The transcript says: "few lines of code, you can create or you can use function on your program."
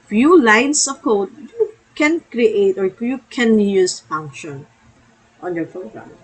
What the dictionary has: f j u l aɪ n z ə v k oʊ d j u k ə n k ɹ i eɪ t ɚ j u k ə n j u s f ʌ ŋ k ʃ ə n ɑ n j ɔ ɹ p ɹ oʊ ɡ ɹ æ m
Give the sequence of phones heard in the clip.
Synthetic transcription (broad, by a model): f j u l aɪ n s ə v k oʊ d j u k ə n k ɹ i eɪ t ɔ j u k ə n j u s f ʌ ŋ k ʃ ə n ɑ n j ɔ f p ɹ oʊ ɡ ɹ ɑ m